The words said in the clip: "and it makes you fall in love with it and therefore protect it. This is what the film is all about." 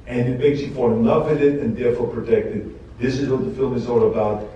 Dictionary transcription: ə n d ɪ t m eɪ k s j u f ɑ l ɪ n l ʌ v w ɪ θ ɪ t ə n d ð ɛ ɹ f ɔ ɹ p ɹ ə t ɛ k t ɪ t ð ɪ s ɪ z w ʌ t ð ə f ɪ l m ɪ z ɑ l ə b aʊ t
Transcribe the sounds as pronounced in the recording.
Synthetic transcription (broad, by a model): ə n ɪ t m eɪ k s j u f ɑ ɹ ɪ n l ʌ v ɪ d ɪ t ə n ð ɛ ɹ f ɔ ɹ p ɹ ə t ɛ k t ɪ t ð ɪ s ɪ z w ʌ t ð ə f ɪ l m ɪ z ɑ l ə b aʊ t